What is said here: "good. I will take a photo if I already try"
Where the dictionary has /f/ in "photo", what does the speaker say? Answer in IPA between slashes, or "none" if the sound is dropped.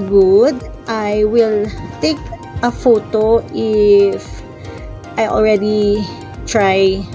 /f/